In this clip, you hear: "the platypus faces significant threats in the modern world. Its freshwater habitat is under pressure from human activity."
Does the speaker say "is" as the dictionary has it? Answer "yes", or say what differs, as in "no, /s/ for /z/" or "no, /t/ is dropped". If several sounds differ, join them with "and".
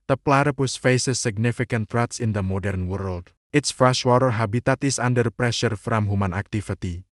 no, /s/ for /z/